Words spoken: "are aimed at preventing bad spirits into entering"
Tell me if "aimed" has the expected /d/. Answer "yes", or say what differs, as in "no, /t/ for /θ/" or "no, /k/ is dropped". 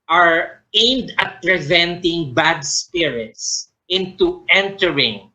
yes